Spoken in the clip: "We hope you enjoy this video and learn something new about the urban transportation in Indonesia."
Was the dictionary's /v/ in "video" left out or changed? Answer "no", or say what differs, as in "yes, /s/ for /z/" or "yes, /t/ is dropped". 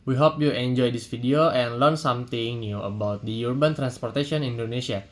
yes, /f/ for /v/